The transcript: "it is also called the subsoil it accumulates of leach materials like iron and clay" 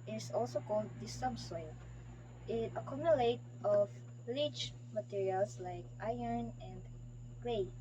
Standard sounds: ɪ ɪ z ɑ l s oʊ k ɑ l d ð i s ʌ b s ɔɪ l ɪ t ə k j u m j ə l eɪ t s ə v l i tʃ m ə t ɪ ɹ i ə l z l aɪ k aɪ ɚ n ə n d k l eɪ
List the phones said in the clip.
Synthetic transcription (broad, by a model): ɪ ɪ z ɑ l s oʊ k ɑ l d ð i s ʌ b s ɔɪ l ɪ t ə k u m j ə l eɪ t ə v l i tʃ m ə t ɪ ɹ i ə l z l aɪ k aɪ ɚ n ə n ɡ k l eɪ